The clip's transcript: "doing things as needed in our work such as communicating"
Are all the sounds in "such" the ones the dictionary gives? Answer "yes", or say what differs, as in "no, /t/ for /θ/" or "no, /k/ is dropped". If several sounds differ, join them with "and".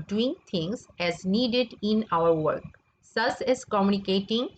no, /s/ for /tʃ/